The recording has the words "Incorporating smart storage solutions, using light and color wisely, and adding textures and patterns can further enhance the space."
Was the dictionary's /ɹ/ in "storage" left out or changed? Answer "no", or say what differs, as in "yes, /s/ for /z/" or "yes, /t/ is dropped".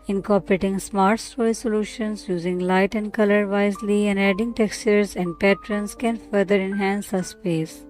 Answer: yes, /ɹ/ is dropped